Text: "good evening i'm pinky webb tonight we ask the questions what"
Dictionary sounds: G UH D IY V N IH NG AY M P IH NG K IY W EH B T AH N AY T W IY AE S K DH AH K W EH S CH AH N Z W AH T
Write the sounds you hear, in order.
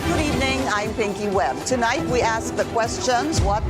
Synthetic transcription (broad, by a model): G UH D IY V N IH NG AY M P IH NG K IY W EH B T AH N AY T W IY AE S K DH AH K W EH S CH AH N Z W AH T